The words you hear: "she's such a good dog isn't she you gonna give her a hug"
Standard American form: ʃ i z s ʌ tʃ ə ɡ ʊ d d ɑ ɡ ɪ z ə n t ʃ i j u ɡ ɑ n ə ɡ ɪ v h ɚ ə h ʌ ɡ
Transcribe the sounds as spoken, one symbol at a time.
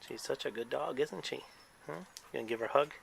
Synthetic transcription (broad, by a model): ʃ i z s ʌ tʃ ə ɡ ʊ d d ɑ ɡ ɪ z n t ʃ i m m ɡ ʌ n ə ɡ ɪ v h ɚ h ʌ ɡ